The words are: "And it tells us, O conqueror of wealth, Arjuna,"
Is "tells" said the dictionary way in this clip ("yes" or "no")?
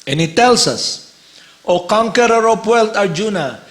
no